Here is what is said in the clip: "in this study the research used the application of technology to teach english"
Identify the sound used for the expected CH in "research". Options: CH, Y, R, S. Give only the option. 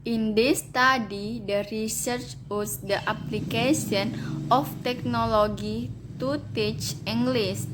CH